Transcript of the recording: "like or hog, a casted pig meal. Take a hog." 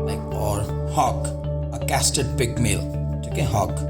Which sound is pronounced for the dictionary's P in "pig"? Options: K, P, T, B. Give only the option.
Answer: B